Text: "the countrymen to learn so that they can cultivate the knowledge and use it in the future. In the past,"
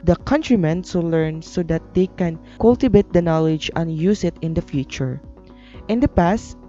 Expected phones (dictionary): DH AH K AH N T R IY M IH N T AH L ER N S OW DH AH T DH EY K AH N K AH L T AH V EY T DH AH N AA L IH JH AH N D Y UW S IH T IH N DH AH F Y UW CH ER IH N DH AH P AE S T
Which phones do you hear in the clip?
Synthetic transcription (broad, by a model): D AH K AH N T R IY M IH N S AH L ER N S OW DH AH T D EY K AH N K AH L T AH B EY T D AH N AA L IH JH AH N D Y UW S IH T IH N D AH F Y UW CH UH IH N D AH P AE S T